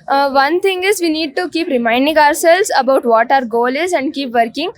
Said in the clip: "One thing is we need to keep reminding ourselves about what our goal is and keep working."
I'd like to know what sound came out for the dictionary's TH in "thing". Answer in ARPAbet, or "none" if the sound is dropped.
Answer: T